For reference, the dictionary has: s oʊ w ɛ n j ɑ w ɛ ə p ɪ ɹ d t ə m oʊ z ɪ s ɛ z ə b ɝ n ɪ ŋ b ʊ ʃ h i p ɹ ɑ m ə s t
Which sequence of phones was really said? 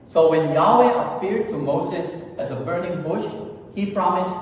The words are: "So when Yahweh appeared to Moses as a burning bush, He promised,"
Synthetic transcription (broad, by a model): s oʊ w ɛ n j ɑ w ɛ ə p ɪ ɹ d t ə m oʊ z ɪ s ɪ z ə b ɝ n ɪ ŋ b ʊ ʃ h i p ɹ ɑ m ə s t